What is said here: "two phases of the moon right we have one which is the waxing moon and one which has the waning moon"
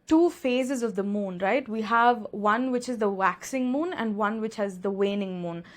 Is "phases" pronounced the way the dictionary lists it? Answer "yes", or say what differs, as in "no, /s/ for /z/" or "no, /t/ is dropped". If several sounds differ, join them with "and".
yes